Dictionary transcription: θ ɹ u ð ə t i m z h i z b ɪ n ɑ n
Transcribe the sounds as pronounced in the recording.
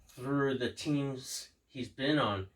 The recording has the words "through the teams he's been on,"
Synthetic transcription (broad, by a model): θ ɹ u ð ə t i m z h i z b ɪ n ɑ n